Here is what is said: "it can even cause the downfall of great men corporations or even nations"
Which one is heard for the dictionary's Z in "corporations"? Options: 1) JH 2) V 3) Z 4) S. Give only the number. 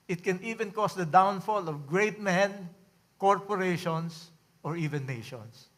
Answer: 4